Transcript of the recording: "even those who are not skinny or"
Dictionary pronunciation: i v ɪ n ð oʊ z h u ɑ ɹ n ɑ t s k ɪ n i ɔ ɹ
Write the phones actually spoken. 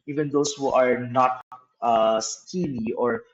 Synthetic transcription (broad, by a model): i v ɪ n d oʊ s h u ɑ ɹ n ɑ t s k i l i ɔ ɹ